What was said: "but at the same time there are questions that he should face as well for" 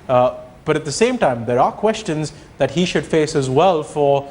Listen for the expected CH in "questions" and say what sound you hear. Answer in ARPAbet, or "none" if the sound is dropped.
CH